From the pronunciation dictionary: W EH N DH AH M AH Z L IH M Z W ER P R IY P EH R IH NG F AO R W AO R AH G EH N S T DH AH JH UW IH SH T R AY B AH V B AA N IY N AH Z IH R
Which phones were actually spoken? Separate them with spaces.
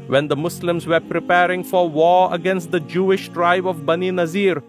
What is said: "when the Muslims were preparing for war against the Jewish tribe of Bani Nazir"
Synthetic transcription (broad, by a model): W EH N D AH M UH S L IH M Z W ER P R IY P EH R IH NG F AO R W AO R AH G EH N S T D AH JH UW IH SH T R AY B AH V B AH N IY N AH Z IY R